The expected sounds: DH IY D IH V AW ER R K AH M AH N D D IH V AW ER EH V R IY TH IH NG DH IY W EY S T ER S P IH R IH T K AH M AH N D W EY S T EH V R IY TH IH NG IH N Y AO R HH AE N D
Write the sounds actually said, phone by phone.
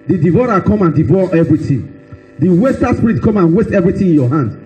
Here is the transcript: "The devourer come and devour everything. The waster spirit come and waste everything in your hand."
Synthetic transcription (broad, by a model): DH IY D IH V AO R K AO M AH N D D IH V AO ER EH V R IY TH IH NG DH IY W EY S T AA S P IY R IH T K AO M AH N W EY S T EH V R IY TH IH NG IH N Y AO HH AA N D